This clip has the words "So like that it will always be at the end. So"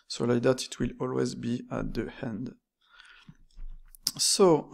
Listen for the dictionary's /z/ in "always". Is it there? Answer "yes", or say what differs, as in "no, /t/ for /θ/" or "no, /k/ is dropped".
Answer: yes